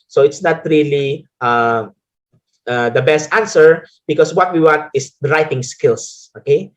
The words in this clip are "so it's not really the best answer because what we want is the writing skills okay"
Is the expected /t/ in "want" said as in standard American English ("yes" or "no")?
yes